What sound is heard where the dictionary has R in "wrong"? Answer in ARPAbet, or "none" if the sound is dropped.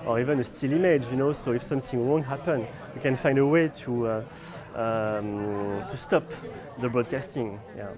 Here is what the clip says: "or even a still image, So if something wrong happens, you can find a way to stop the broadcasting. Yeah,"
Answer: W